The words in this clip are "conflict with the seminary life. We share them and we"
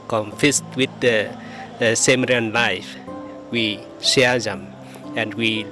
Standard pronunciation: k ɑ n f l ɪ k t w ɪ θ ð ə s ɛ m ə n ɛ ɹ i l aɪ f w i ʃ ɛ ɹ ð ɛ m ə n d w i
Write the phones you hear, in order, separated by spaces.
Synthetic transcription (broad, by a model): k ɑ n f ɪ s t w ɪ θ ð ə s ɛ m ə ɛ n l aɪ f w i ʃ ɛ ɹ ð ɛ m ə n d w i